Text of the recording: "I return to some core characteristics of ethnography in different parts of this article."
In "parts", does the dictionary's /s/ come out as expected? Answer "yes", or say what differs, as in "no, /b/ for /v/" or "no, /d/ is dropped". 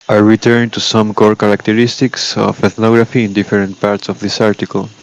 yes